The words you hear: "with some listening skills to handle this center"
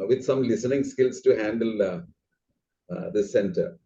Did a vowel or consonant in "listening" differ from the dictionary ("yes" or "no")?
no